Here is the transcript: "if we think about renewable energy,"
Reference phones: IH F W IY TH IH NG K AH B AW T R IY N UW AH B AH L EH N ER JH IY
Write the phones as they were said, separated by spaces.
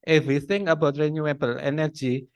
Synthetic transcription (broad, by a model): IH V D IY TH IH NG AH B AW T R IY N UW AH B AH L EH N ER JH IY